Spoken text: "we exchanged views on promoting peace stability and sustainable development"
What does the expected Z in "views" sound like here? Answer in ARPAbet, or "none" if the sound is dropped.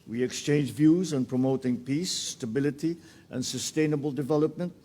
Z